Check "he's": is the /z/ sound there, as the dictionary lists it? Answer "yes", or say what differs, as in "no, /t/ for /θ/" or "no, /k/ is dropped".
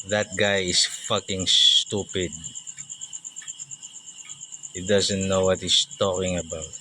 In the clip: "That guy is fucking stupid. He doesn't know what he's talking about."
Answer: no, /s/ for /z/